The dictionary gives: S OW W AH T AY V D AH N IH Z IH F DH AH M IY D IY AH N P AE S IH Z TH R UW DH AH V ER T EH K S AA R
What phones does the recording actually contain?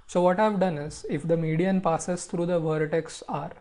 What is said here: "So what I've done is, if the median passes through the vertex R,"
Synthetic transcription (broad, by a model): S OW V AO T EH V D AH N IH Z IH F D AH M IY D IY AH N P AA S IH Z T R UW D AH V ER T EH K S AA R